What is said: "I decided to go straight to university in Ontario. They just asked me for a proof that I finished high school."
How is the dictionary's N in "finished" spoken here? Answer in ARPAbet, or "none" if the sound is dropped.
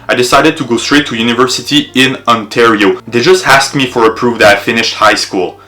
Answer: N